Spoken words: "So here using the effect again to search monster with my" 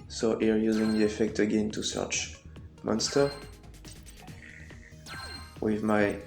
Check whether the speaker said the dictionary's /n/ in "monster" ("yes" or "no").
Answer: yes